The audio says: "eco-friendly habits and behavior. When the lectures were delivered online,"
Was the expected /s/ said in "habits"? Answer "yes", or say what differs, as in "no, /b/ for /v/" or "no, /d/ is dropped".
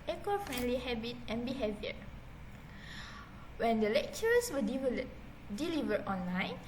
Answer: no, /s/ is dropped